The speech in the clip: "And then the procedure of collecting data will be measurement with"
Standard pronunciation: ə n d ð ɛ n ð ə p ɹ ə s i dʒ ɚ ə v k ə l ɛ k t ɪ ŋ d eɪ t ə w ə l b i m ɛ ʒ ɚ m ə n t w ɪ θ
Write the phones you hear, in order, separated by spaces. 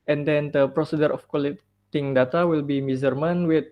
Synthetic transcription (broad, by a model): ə n d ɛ n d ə p ɹ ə s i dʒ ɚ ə f k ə l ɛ t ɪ ŋ d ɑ t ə w ə l b i m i z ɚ m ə n w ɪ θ